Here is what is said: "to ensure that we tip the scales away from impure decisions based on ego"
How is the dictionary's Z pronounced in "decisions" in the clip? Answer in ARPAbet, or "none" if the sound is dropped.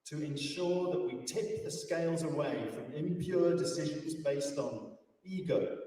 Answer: Z